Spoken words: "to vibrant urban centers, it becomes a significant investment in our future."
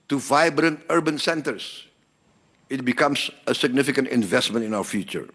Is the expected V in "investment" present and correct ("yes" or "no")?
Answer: yes